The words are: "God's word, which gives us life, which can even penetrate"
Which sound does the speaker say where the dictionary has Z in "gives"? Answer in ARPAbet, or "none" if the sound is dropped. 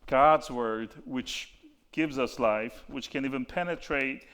Z